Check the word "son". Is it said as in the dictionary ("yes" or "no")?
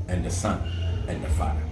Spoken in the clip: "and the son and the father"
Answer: yes